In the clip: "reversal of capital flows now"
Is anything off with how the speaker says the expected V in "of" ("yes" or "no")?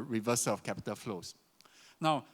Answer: yes